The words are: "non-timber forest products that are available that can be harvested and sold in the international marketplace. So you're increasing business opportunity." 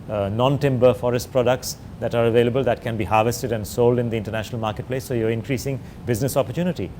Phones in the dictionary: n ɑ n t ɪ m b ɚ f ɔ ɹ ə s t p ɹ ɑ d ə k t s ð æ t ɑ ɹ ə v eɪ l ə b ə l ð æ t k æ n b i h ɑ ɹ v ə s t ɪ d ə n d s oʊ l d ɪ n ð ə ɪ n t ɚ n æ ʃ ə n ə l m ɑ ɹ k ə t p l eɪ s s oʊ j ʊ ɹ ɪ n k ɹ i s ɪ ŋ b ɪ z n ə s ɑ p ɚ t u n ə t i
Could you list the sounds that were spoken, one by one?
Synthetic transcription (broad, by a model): n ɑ n t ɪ m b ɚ f ɔ ɹ ə s t p ɹ ɑ d ə k t s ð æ t ɑ ɹ ə v eɪ l ə b ə l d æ t k æ n b i h ɑ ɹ v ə s t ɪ d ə n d s oʊ l d ɪ n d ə ɪ n t ɚ n æ ʃ ə n ə l m ɑ ɹ k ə t p l eɪ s s oʊ j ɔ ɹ ɪ n k ɹ i s ɪ ŋ b ɪ z n ə s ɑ p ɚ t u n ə t i